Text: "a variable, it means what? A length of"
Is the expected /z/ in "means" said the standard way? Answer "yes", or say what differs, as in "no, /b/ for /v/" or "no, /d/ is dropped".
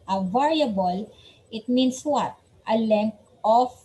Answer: no, /s/ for /z/